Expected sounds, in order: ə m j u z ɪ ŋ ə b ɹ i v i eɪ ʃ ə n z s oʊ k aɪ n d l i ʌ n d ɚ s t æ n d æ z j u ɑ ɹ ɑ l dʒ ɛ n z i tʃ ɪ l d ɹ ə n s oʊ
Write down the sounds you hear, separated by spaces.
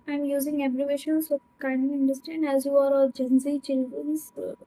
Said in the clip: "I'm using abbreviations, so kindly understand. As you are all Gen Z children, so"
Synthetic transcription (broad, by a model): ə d j u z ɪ ŋ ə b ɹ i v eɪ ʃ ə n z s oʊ k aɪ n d n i n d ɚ s t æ n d æ z j u ɑ ɹ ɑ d dʒ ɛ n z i tʃ ɪ l d ɹ ə n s